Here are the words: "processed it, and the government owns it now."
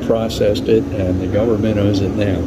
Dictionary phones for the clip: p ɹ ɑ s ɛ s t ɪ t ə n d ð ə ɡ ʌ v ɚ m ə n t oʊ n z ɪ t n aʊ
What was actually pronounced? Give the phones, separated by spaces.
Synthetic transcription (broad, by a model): p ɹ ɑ s ɛ s t ɪ t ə n ð ə ɡ ʌ v ɚ m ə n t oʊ z ɪ t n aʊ